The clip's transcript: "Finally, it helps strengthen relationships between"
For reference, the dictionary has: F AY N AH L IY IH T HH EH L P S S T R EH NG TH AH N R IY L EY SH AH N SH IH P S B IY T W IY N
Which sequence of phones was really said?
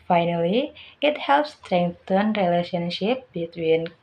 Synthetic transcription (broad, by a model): F AY N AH L IY IH T HH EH L P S S T R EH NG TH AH N R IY L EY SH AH N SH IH P B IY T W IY N